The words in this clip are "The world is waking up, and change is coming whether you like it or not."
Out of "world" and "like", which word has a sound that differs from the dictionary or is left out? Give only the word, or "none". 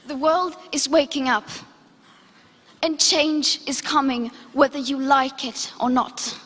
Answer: none